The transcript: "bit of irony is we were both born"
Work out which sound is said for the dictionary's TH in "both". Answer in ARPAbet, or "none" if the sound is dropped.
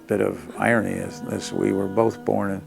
TH